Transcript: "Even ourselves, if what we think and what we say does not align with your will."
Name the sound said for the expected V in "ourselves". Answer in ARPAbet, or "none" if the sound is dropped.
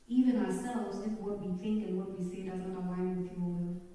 none